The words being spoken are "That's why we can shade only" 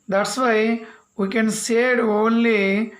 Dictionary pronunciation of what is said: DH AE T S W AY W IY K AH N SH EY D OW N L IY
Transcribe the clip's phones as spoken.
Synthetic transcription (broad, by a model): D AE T S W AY W IY K AH N S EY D OW N L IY